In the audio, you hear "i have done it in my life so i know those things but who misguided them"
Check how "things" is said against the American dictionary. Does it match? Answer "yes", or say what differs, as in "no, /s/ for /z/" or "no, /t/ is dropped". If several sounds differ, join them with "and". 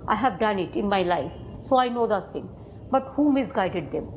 no, /z/ is dropped